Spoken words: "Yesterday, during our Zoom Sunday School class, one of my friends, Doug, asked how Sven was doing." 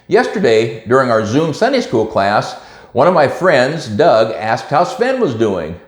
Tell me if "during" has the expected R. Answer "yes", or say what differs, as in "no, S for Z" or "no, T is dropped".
yes